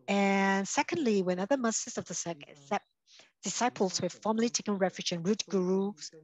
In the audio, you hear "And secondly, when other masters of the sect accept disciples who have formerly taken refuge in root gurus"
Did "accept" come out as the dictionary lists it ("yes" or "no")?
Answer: no